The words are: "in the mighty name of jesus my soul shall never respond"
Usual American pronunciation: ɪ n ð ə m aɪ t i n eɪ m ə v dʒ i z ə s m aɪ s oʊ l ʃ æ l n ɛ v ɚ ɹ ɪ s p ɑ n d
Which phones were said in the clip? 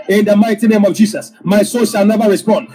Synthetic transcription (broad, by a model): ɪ n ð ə m aɪ t i n eɪ m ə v dʒ i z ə s m aɪ s oʊ n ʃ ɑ l n ɛ v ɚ ɹ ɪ s p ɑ n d